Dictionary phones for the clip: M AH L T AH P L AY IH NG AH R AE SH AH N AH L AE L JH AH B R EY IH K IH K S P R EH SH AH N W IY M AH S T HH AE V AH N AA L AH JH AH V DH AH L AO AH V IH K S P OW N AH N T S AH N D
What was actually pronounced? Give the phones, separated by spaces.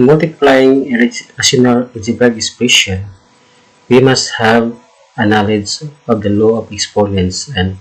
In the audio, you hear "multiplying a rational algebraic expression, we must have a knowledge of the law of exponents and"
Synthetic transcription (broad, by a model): M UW L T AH P L AY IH NG AH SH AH N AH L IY JH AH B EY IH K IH S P EH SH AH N W IY M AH S T HH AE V AH N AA L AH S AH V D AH L AO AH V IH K S P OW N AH N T S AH N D